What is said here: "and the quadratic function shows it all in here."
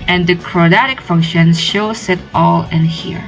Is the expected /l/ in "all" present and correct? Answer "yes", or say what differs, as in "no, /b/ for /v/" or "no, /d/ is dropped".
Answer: yes